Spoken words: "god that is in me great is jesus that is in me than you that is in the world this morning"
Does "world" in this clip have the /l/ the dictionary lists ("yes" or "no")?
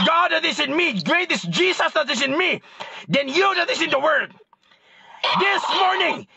no